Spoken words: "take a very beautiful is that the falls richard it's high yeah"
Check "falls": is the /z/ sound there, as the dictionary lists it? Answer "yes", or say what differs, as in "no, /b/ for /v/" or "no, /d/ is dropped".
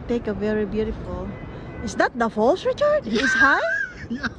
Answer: no, /s/ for /z/